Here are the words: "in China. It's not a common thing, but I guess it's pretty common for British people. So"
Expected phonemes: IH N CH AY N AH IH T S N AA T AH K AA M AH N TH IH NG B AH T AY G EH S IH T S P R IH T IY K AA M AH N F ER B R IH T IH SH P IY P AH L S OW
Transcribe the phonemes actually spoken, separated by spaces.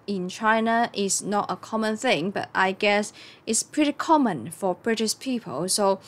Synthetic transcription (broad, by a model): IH N CH AY N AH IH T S N AA T AH K AA M AH N TH IH NG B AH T AY G EH S IH T S P R IH T IY K AA M AH N F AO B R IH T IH S P IY P AH L S OW